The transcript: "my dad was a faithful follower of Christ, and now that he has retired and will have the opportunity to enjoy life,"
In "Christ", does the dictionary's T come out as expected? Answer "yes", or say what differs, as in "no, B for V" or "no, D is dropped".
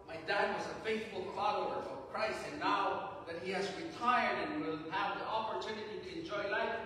no, T is dropped